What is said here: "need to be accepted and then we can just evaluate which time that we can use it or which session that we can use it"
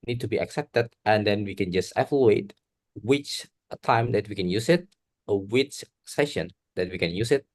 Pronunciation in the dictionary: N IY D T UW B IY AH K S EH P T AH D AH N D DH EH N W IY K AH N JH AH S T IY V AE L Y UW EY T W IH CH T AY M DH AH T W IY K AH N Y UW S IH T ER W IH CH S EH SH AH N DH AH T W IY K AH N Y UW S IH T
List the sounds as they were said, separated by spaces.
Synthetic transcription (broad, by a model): N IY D T UW B IY AH K S EH P T AH D AH N D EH N W IY K AH N JH AH S T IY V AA L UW EY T W IH CH T AY M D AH T W IY K AH N Y UW S IH T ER W IH CH S EH SH AH N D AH T W IY K AH N Y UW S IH T